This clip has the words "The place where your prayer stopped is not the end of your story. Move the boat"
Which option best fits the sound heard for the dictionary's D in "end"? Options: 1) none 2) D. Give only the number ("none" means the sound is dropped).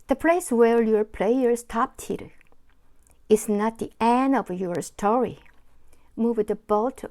1